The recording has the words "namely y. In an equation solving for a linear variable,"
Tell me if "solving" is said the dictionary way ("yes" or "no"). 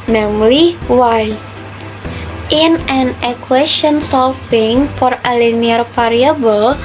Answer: no